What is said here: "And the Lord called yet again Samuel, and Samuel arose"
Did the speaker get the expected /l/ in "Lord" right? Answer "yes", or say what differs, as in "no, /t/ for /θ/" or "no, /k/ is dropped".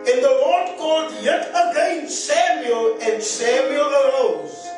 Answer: no, /w/ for /l/